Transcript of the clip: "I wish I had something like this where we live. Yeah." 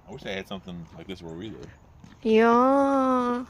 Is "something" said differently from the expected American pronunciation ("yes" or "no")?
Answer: no